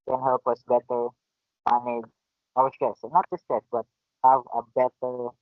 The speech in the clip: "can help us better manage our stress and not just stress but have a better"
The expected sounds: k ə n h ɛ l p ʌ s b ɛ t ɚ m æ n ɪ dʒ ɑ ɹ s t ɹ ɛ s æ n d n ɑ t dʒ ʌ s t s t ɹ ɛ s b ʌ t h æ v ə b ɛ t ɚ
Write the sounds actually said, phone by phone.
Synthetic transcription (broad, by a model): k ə n h ɛ l p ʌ s b ɛ t ɚ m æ n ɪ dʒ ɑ w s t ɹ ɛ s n n ɑ t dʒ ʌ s s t ɛ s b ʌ t h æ v ə b ɛ t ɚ